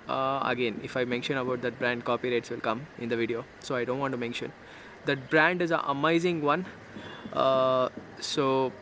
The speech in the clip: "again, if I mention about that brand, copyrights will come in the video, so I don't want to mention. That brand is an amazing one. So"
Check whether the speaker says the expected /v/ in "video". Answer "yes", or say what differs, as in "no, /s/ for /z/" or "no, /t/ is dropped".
yes